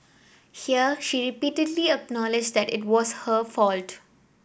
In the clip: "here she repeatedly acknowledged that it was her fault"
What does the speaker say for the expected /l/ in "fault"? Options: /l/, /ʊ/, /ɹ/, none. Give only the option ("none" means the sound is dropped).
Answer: /l/